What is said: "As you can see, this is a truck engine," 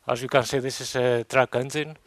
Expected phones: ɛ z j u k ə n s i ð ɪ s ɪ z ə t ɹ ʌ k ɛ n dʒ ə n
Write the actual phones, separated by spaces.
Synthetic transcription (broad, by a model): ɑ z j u k ə n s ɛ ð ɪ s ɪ s ə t ɹ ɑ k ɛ n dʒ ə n